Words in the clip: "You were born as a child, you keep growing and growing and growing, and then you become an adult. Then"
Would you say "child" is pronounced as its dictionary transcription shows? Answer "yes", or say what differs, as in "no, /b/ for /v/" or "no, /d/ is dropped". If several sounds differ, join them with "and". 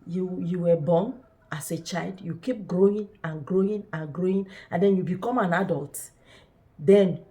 yes